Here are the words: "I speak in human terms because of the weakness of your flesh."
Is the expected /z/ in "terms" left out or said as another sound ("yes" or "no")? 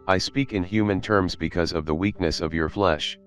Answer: no